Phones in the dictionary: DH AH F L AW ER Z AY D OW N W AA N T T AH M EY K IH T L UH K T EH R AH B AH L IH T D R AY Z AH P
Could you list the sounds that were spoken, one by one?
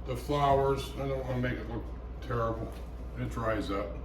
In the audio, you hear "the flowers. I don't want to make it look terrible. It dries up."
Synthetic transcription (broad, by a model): DH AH F L AW ER Z AY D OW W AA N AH M EY K IH T L UH K T EH R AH B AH N IH T D R AY Z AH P